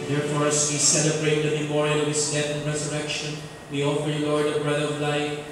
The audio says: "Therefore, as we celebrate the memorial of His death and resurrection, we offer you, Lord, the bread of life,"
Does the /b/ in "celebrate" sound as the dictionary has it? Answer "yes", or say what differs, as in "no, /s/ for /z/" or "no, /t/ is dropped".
yes